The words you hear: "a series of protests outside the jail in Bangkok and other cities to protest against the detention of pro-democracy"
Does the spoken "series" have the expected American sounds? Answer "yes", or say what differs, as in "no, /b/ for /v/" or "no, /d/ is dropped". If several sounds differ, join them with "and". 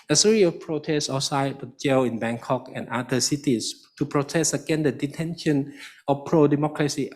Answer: no, /z/ is dropped